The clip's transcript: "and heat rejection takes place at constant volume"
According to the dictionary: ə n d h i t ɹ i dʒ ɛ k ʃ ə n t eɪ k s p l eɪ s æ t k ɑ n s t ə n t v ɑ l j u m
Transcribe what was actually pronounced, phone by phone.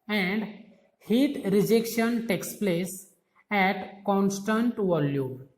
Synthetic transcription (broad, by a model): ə n d h i t ɹ i dʒ ɛ k ʃ ə n t eɪ k s p l eɪ s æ t k ɑ n s t ə n t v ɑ l j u m